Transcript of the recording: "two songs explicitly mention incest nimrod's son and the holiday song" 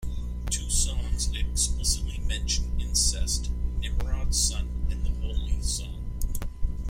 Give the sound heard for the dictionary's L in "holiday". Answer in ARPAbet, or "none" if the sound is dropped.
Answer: none